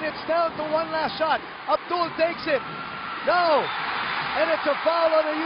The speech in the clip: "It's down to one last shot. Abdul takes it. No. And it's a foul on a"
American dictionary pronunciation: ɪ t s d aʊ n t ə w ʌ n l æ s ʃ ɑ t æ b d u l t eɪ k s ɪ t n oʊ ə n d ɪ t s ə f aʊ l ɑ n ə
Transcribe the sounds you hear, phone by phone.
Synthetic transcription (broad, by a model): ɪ t s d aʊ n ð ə w ʌ n l æ s ʃ ɑ t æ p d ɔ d t eɪ k s ɪ t n oʊ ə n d ɪ t s ə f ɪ l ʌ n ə